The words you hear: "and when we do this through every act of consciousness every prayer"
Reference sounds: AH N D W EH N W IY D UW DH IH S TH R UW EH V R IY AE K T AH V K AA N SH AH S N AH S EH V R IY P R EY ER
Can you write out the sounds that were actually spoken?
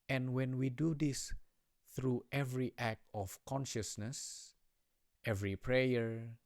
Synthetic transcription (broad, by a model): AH N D W EH N W IY D UW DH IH S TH R UW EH V R IY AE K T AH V K AA N SH AH S N AH S EH V R IY P R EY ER